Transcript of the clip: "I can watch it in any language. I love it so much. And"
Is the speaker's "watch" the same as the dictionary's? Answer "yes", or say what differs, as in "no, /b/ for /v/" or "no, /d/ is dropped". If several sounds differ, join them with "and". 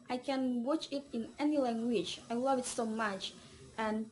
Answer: yes